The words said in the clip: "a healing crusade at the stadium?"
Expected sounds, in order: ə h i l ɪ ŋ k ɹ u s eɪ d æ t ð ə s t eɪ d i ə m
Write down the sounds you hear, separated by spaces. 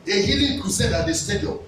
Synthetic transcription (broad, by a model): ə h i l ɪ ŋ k u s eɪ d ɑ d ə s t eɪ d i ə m